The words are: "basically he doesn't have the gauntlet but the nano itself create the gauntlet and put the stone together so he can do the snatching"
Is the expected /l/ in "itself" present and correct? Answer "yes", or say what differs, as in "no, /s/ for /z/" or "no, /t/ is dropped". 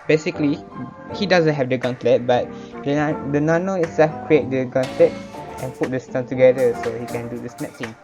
no, /l/ is dropped